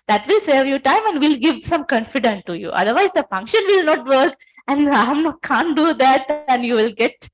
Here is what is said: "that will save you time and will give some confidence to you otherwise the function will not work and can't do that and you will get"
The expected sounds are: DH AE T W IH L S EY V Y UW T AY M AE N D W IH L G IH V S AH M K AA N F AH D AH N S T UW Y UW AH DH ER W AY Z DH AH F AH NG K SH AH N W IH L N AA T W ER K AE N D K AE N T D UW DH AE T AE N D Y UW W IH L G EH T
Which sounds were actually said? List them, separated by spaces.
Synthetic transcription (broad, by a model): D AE T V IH L S EY V Y UW T AY M AE N D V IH L G IH V S AH M K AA N F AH D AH N T UW Y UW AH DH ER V AY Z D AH F AH NG K SH AH N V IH L N AA T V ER K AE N D K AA N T D UW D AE T AE N D Y UW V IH L G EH T